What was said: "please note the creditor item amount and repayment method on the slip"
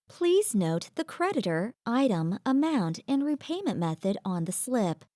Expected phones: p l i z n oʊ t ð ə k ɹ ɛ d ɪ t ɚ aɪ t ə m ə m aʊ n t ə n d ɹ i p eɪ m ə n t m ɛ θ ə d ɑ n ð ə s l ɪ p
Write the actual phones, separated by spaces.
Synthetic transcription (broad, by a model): p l i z n oʊ t ð ə k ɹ ɛ d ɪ t ɚ aɪ t ə m ə m aʊ n t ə n ɹ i p eɪ m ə n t m ɛ θ ə d n ð ə s l ɪ p